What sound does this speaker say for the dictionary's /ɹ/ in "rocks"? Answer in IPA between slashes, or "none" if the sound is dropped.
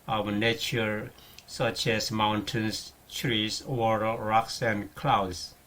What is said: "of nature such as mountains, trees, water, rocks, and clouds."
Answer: /ɹ/